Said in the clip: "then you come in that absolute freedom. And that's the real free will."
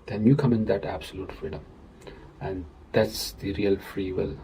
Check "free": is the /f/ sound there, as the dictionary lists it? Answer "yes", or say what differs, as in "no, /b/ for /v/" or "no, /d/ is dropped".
yes